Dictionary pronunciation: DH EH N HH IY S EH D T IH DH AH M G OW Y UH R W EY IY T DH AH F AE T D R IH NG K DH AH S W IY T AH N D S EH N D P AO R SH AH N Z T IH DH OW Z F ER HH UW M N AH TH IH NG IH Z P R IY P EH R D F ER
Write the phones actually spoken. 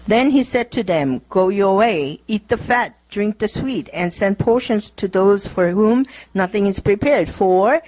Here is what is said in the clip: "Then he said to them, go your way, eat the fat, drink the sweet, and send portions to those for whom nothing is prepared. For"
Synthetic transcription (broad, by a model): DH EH N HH IY S EH D T IH DH AH M G OW Y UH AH W EY IY T DH AH F AE T D R IH NG K DH AH S W IY T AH N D S EH N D P AO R SH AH N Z T IH DH OW Z F ER HH UW M N AH TH IH NG IH Z P R IY P EH R D F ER